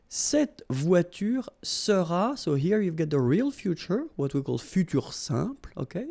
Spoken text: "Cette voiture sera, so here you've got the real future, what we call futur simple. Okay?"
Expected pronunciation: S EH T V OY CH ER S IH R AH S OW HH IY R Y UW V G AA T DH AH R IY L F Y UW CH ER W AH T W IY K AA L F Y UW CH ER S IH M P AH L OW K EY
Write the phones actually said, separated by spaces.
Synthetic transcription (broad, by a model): S EH T V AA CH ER S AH R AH S OW HH IY R Y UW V G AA T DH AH R IY L F Y UW CH ER W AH T W IY K AA L F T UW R S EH P L OW K EY